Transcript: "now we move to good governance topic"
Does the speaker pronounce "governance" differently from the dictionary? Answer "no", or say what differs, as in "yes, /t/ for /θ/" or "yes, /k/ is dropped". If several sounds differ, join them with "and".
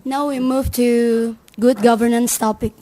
no